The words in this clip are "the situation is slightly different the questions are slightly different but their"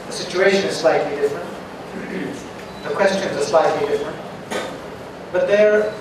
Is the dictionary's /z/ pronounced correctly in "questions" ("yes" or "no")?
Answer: yes